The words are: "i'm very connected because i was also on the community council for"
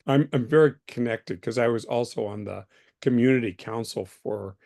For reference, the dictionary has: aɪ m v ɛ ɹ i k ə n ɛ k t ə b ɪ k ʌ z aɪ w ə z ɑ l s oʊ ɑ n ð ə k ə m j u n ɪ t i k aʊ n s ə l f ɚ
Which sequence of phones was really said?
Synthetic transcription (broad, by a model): aɪ m v ɛ ɹ i k ə n ɛ k t ə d k ʌ z aɪ w ə z ɑ l s oʊ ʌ n ð ə k ə m j u n ɪ t i k aʊ n s l f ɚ